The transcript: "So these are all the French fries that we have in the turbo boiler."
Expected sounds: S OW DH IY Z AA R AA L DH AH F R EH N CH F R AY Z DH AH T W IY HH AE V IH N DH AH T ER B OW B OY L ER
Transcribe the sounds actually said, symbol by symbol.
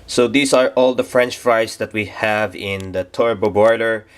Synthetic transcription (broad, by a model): S OW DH IY S AA R AA L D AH F R EH N CH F R AY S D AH T W IY HH AE V IH N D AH T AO B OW B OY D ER